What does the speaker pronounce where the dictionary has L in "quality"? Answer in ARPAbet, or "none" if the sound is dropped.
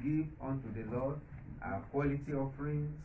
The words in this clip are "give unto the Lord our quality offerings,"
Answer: L